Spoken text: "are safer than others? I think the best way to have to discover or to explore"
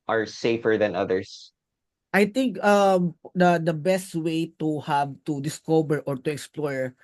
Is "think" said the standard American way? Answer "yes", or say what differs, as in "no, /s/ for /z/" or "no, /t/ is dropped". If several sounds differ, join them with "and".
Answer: no, /t/ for /θ/